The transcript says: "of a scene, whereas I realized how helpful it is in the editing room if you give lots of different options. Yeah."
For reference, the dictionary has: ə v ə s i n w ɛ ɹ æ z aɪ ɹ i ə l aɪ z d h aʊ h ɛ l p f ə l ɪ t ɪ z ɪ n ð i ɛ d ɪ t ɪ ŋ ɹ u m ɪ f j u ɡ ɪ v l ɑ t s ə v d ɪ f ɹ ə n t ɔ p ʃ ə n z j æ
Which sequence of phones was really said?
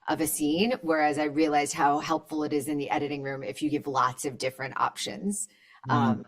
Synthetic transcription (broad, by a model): ə v ə s i n w ɛ ɹ æ z aɪ ɹ i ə l aɪ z h aʊ h ɛ l p f l ɪ t ɪ z ɪ n ð i ɛ d ɪ t ɪ ŋ ɹ u m ɪ f j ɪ ɡ ɪ v l ɑ t s ə v d ɪ f ɹ ə n t ɔ p ʃ ə n z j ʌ